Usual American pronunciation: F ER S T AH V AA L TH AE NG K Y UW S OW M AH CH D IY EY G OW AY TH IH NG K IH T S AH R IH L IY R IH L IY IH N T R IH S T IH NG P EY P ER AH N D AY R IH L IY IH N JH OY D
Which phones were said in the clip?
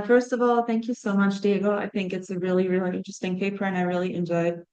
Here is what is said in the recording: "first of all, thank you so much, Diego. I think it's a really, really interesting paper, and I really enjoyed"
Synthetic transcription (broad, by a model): F ER S T AH V AA L TH AE NG K Y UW S OW M AH CH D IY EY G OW AY TH IH NG K IH T S AH R IH L IY R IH L IY IH N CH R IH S T IH NG P EY P ER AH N AY R IH L IY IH N JH OY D